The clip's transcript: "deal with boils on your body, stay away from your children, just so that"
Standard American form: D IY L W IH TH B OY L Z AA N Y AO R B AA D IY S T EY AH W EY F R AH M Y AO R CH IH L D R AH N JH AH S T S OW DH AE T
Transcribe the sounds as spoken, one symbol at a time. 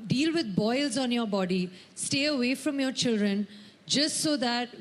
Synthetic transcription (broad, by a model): D IY L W IH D B OY L Z AA N Y AO R B AA D IY S T EY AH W EY F R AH M Y AO R CH IH L D R AH N JH AH S T S OW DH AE T